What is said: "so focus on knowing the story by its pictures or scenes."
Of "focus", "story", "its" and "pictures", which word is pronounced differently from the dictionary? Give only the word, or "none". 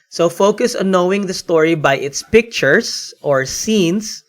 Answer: pictures